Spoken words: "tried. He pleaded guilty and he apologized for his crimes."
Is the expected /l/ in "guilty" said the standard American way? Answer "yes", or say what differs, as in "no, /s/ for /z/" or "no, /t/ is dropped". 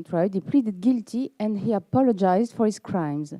yes